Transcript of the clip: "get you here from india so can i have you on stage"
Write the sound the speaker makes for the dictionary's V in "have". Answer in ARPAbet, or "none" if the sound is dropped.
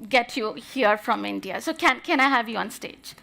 V